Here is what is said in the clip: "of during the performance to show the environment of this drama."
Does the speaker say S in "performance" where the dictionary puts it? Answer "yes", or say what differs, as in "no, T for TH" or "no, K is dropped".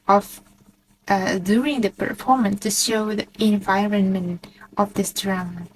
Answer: yes